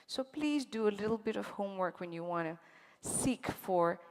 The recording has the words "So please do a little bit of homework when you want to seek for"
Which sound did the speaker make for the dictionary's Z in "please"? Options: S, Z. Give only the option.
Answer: Z